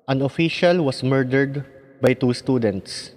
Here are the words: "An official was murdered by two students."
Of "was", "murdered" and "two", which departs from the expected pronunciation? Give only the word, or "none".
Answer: was